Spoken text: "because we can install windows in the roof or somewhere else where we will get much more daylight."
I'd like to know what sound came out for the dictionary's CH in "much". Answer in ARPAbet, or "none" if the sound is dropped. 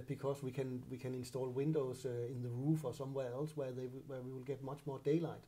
CH